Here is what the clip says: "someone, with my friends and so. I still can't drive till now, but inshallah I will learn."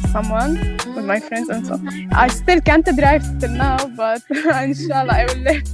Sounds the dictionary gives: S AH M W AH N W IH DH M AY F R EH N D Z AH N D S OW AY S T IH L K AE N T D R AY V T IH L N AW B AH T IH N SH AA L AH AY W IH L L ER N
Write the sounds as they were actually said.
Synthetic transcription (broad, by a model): S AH M W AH N W IH DH M AY F R EH N D Z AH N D S OW AY S T IH L K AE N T D R AY V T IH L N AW B AH T IH N SH AA L AH AY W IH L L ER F